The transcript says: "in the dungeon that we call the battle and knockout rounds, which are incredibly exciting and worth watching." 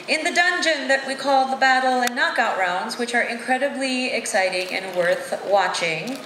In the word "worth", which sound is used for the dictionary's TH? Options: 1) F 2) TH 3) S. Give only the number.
2